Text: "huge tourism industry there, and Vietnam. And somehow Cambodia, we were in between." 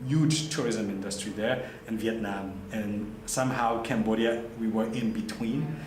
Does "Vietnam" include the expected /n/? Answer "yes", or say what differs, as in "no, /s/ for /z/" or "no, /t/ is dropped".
yes